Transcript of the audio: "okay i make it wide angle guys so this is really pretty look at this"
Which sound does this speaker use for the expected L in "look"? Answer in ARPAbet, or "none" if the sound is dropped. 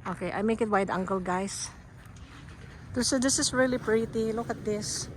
L